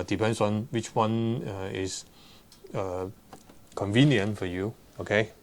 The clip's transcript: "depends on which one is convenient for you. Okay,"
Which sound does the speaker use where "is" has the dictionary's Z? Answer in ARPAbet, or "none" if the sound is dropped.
S